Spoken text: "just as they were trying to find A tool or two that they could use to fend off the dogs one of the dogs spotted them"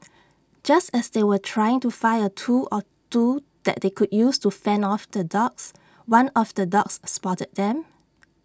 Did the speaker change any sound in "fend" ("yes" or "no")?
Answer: yes